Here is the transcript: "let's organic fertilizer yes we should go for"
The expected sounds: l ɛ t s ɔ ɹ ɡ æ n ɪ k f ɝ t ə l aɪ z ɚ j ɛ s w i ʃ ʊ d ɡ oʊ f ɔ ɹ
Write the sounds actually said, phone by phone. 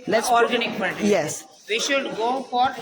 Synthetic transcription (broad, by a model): l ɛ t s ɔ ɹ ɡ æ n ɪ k p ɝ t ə j ɛ s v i ʃ ʊ d ɡ oʊ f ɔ ɹ